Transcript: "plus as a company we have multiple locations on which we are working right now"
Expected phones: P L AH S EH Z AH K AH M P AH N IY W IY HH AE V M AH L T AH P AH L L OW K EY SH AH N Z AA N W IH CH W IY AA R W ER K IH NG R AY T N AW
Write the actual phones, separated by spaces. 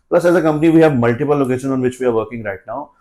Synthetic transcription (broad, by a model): P L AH S EH Z AH K AH M P AH N IY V IY HH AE V M AH L T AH P AH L L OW K EY SH AH N AA N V IH CH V IY AA R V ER K IH NG R AY T N AW